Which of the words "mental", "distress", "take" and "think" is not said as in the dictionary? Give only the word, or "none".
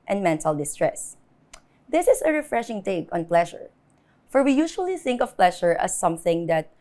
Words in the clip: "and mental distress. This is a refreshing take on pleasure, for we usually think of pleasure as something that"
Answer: none